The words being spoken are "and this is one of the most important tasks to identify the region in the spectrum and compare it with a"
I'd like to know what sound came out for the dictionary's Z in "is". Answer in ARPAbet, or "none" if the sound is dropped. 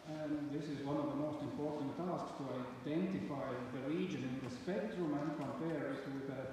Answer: Z